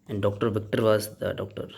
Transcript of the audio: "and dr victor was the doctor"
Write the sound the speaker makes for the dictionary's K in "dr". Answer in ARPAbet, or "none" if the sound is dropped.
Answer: K